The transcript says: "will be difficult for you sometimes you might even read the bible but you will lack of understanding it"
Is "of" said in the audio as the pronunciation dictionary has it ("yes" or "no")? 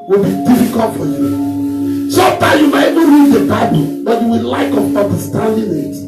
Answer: no